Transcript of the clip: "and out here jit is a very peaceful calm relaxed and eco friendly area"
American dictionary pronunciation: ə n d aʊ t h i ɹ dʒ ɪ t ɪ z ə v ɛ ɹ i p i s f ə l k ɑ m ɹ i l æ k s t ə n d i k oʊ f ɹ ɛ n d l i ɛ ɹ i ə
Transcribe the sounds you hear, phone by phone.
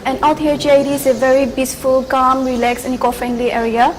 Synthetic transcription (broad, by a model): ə n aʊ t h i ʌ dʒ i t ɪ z ə v ɛ ɹ i b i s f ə l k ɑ m ɹ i l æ k s ə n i k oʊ f ɹ ɛ n d l i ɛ ɹ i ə